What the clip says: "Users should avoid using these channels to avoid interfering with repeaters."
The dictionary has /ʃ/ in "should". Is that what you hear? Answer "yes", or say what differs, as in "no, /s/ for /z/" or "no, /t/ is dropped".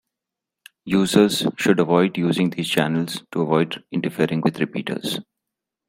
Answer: yes